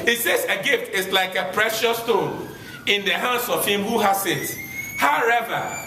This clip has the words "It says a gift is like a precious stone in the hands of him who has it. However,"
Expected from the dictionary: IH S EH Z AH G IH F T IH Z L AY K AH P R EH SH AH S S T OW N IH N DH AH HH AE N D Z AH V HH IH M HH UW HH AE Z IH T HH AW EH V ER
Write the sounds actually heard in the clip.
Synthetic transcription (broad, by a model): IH S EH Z AH G IH F T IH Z L AY K AH P R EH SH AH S S T OW N IH N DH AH HH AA N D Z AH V HH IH M HH UW HH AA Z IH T HH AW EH V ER